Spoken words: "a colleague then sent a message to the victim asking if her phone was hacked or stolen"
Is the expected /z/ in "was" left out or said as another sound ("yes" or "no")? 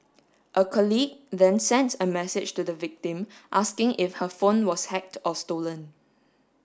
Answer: yes